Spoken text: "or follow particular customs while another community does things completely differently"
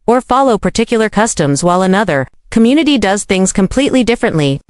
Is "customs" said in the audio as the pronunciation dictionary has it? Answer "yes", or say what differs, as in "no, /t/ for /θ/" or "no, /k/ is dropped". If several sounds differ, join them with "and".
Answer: yes